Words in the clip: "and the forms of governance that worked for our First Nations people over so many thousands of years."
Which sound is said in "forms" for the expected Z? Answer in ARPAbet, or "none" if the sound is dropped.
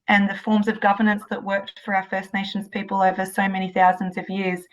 Z